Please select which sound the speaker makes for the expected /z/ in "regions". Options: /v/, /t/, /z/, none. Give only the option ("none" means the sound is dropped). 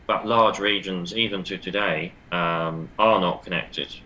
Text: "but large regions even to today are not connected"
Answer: /z/